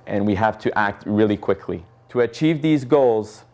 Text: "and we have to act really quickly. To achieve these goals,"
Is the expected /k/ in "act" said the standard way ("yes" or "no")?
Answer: yes